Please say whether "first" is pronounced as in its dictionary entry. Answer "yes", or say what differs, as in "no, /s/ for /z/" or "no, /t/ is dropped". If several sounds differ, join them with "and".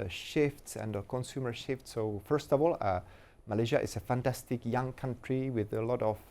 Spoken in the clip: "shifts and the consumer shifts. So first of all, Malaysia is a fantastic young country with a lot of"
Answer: yes